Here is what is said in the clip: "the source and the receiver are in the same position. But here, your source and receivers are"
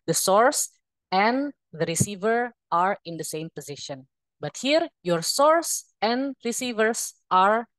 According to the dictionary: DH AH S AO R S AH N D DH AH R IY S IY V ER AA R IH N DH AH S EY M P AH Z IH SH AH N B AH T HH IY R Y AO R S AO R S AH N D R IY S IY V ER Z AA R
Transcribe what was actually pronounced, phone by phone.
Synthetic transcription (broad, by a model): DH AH S AO R S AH N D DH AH R IY S IY V ER AA R IH N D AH S EY M P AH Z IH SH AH N B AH T HH IY R Y AO R S AO R S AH N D R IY S IY V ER S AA R